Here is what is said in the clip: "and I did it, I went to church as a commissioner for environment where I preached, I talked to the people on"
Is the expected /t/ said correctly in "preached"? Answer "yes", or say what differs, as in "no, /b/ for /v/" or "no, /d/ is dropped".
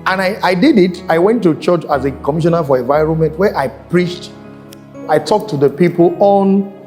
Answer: yes